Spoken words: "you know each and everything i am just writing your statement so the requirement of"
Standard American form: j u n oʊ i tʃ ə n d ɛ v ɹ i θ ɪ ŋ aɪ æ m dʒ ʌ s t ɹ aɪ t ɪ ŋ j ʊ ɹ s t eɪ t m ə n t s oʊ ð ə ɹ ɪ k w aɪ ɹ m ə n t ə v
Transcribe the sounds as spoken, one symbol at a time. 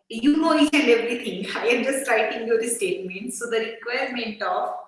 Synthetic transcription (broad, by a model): j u n oʊ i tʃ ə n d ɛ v ɹ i t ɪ ŋ aɪ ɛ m dʒ ʌ s t ɹ aɪ t ɪ ŋ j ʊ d s t eɪ t m ə n t s oʊ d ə ɹ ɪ k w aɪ ɹ m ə n t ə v